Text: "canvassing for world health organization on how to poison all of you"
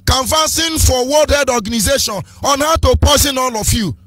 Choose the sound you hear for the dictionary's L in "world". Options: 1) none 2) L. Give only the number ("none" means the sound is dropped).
1